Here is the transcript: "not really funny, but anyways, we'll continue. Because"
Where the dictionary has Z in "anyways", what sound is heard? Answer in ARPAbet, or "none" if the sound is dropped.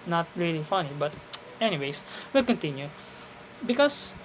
S